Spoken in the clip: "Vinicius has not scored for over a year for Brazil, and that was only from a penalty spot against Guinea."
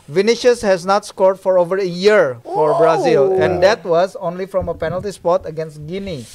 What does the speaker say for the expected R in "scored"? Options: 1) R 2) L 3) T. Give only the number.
1